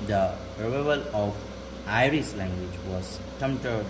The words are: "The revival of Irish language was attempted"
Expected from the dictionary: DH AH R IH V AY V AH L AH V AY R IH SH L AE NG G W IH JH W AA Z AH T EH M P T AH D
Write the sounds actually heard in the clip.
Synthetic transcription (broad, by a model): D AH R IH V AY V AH L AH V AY R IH S L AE NG G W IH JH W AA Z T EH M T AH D